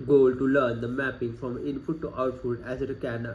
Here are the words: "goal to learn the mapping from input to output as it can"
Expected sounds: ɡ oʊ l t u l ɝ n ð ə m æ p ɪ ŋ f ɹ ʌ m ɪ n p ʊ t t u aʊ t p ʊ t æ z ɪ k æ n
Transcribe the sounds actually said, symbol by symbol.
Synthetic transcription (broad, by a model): ɡ oʊ l t u l ɝ n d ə m æ p ɪ ŋ f ɹ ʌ m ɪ n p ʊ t t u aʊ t f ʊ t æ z ɪ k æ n